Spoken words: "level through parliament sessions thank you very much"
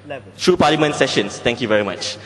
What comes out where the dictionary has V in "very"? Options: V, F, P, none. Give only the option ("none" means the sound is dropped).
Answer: V